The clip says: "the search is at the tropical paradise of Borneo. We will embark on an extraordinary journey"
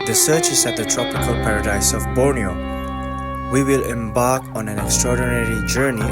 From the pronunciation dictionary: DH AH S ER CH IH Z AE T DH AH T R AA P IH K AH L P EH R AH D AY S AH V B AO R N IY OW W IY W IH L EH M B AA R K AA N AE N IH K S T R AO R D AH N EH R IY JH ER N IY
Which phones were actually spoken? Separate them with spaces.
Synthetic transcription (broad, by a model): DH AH S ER CH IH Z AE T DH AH T R AA P IH K AH L P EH R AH D AY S AH V B AO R N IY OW W IY W IH L EH M B AA R K AA N AE N IH K S T R AO R D AH N EH R IY JH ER N IY